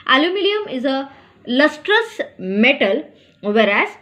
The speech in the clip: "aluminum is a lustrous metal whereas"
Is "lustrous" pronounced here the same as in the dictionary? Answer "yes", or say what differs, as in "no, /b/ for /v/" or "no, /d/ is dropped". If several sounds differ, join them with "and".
yes